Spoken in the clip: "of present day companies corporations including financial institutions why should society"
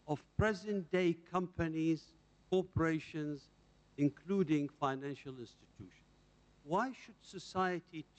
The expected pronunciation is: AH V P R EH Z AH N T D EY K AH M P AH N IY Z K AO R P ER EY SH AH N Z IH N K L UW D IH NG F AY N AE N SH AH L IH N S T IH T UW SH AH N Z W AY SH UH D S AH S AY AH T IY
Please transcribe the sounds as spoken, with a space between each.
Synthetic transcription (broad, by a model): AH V P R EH Z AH N D EY K AH M P AH N IY Z K AO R P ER EY SH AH N Z IH N K L UW D IH NG F AY N AE N SH AH L IH N S T IH T UW SH AH N Z W AY SH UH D S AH S AY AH T IY